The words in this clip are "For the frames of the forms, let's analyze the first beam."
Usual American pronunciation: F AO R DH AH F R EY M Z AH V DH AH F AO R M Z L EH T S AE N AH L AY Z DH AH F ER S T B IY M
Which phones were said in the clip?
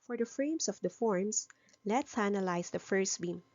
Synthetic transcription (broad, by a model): F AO R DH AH F R EY M S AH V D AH F AO R M S L EH T S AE N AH L AY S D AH F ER S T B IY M